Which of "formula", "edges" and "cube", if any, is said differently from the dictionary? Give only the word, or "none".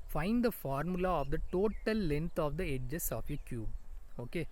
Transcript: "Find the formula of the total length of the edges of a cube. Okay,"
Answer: edges